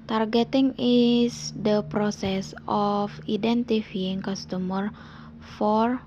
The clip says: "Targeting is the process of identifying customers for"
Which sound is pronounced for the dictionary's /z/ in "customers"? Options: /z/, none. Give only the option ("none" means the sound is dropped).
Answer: none